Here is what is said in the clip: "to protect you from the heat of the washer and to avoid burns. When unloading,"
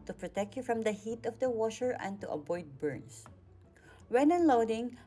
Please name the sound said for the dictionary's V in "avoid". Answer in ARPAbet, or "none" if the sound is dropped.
B